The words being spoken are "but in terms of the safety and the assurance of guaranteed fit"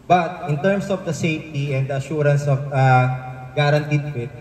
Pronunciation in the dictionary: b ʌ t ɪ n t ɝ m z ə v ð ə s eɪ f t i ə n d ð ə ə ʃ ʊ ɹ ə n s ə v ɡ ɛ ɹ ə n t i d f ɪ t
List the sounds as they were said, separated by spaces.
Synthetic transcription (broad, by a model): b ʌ t ɪ n t ɝ m s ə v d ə s eɪ f t i ə n d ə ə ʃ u ɹ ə n s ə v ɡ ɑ ɹ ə n t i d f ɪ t